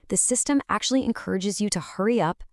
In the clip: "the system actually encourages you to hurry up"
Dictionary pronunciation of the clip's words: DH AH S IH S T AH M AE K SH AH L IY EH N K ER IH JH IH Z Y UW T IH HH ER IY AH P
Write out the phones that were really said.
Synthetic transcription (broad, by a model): DH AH S IH S T AH M AE K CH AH L IY EH N K ER IH JH IH Z Y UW T IH HH ER IY AH P